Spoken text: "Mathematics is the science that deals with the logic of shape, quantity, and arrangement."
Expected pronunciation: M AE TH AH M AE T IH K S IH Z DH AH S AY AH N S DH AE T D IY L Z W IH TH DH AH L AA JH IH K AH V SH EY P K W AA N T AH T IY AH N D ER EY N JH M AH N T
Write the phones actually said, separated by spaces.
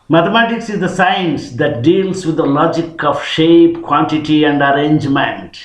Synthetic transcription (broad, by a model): M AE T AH M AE T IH K S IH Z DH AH S AY AH N S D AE T D IY L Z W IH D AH L AA JH IH K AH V SH EY P K W AA N T AH T IY AH N D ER EY N JH M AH N T